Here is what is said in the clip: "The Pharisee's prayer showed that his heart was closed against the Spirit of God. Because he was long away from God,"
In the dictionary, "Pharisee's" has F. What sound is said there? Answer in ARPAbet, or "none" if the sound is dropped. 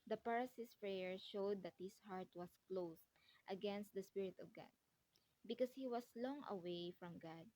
P